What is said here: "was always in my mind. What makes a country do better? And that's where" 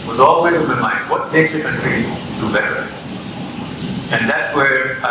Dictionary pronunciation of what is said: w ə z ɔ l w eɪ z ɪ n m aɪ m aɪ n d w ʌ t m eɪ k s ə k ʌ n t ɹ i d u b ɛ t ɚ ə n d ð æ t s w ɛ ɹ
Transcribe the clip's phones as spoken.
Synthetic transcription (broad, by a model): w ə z ɔ l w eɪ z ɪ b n m aɪ n d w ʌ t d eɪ s ə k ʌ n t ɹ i d u b ɛ t ɚ ə n d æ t s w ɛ ɹ